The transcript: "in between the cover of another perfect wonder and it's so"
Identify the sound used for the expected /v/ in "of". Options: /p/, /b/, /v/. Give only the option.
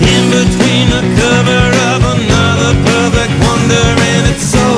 /v/